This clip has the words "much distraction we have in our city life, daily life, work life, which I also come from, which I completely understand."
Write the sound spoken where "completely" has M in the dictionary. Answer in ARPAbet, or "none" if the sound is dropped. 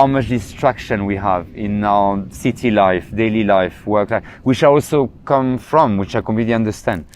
none